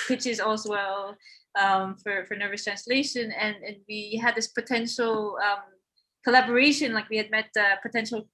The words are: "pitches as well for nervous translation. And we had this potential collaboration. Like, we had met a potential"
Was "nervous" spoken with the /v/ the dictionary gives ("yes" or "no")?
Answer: yes